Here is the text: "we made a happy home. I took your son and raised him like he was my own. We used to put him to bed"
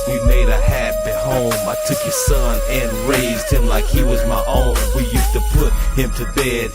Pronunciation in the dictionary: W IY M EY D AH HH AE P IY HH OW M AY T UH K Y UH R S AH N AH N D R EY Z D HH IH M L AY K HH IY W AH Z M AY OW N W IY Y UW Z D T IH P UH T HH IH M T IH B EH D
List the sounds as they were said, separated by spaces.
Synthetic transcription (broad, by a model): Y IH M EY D AH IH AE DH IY HH OW M AY T UH K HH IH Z S AH N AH N R EY Z D HH IH M L AY K HH IY W AH Z M AY OW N W IY Y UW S T IH P UH T HH IH M T IH B EH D